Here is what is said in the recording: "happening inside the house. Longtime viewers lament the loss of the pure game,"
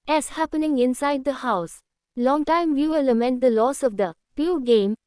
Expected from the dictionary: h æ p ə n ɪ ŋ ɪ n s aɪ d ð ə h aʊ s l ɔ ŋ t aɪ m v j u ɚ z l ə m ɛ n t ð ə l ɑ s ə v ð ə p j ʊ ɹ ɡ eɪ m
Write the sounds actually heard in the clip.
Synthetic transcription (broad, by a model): h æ p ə n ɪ ŋ ɪ n s aɪ d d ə h aʊ s l ɔ ŋ t aɪ m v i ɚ l ə m ɛ n t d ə l ɑ s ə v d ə p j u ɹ ɡ eɪ m